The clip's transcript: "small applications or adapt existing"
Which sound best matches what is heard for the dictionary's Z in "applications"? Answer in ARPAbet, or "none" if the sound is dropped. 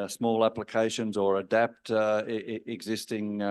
Z